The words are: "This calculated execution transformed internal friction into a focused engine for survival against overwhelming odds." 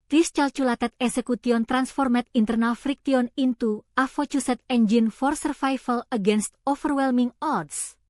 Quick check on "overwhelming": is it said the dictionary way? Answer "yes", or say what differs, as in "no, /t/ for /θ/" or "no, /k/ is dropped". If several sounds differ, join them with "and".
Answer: no, /f/ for /v/